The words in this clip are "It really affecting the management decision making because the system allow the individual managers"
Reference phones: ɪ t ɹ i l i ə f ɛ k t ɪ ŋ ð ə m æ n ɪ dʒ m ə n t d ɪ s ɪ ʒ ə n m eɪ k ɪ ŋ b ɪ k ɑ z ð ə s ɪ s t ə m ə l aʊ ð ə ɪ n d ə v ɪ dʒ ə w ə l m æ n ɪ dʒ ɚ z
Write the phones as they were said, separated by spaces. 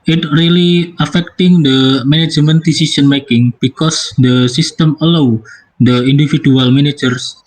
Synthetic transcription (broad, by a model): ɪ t ɹ i l i ə f ɛ k t ɪ ŋ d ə m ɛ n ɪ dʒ m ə n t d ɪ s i s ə n m eɪ k ɪ ŋ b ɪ k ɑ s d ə s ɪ s t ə m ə l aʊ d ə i n d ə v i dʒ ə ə l m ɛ n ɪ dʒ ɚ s